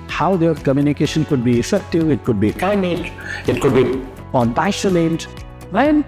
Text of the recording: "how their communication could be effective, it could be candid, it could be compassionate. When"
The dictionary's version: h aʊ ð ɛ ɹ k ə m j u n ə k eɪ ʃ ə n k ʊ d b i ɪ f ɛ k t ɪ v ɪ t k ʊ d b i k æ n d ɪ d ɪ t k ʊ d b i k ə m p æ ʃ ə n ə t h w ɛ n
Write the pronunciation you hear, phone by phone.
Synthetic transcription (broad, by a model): h aʊ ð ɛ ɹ k ə m j u n ə k eɪ ʃ ə n k ʊ d b i ɪ f ɛ k t ɪ v ɪ t k ʊ d b i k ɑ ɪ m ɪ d ɪ t k ʊ d b i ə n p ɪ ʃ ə l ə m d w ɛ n